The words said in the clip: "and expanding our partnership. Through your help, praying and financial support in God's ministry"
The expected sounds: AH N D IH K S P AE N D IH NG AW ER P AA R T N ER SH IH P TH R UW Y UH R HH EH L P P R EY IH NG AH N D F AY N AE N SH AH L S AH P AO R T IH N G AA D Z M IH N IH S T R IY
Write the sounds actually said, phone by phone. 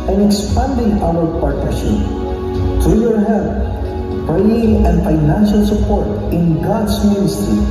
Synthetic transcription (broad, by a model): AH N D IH K S P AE N D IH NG AW ER P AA R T N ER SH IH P T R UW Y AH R HH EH L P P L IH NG AH N D F AY N AE N SH AH L S AH P AO R T IH N G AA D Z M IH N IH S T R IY